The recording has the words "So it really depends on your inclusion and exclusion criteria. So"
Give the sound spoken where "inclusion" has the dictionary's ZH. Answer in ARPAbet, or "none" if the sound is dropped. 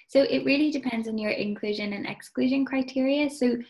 ZH